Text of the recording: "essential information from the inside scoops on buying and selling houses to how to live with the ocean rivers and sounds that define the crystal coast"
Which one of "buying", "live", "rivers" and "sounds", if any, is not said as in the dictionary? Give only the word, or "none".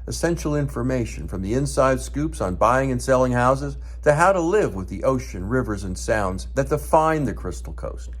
none